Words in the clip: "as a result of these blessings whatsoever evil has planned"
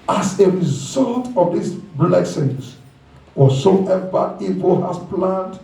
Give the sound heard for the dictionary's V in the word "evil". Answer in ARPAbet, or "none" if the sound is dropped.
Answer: P